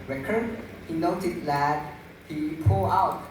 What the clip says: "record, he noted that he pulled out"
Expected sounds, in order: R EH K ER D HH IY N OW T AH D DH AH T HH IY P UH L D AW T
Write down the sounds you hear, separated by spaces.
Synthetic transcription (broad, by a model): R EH K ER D HH IY N OW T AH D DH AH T HH IY P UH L AW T